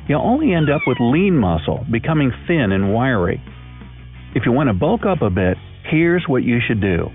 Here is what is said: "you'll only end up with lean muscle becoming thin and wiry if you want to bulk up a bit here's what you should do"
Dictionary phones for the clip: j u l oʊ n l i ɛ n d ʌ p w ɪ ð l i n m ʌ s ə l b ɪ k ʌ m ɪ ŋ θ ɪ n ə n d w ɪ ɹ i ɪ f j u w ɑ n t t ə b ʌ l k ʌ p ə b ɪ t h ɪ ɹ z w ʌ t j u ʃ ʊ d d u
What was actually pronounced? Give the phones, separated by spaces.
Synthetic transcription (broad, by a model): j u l oʊ n l i ɛ n d ʌ p w ɪ ð l i n m ʌ s l b ɪ k ʌ m ɪ ŋ θ ɪ n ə n w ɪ ɹ i ɪ f j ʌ w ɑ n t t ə b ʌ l k ʌ p ə b ɪ t h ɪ ɹ z w ʌ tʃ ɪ ʃ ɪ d d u